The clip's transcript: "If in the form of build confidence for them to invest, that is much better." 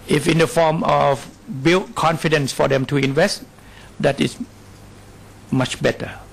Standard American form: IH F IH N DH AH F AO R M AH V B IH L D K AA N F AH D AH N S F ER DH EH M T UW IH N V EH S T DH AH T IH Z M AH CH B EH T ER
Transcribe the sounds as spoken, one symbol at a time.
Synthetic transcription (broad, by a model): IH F IH N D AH F AO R M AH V B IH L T K AA N F AH D AH N S F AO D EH M T UW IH N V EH S T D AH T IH S M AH CH B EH T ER